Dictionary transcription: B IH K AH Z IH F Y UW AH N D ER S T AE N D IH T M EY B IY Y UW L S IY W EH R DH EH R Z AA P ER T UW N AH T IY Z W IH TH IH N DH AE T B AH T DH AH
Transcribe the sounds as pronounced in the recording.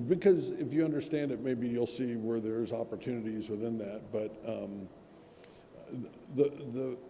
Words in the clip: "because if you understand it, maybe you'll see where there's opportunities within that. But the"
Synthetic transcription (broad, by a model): B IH K AH Z IH F Y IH AH N D ER S T AE N D IH T M EY B IY Y UW L S IY W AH R DH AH R Z AA P ER T UW N AH T IY Z W IH TH IH N DH AE T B AH T DH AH